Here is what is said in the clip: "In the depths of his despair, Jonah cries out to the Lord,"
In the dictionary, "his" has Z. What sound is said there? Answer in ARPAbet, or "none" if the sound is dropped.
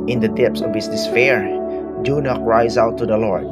S